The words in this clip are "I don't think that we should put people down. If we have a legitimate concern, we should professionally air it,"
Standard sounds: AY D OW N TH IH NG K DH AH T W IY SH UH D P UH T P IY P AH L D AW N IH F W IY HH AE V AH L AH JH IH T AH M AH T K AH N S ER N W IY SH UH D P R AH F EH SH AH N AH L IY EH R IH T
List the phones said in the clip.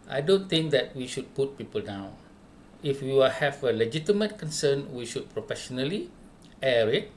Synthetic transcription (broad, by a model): AY D OW N T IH NG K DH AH T W IY SH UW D P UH T P IY P AH L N AW IH F W IY HH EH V AH L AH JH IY T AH M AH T K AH N S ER N W IY SH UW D P R AH F EH SH AH N AH L IY EH R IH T